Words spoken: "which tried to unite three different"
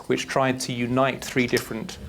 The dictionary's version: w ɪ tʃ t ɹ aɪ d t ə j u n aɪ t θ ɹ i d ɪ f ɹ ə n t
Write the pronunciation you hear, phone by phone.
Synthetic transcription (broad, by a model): w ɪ tʃ t ɹ aɪ d t ə j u n aɪ t θ ɹ i d ɪ f ɹ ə n t